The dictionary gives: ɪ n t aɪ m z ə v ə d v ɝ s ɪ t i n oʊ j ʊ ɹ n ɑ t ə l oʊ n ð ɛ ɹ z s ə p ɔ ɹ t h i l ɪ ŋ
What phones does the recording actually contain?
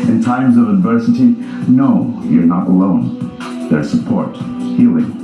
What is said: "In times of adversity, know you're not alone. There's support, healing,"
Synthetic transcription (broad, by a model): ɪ n t aɪ m z ə v ə d v ɝ s ɪ t i n oʊ j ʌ ɹ n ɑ t ə l oʊ n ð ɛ ɹ s ə p ɔ ɹ t h i l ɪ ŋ